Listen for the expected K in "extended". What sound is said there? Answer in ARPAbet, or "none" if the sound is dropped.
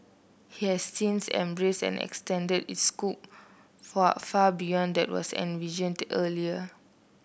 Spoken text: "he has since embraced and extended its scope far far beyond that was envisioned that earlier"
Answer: K